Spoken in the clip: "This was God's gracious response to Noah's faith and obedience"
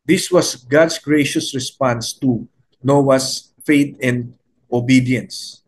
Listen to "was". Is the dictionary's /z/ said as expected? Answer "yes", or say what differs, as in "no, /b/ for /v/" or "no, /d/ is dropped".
no, /s/ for /z/